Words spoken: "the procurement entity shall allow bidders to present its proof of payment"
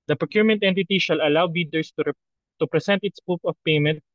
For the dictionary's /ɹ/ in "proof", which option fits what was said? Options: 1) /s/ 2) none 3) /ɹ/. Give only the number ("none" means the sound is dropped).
2